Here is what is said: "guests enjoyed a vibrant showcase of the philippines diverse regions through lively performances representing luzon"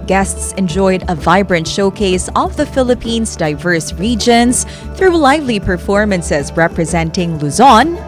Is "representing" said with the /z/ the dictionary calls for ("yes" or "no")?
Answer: yes